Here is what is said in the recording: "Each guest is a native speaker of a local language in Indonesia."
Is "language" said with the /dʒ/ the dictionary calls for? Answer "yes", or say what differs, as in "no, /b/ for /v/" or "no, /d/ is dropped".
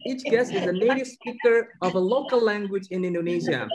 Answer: yes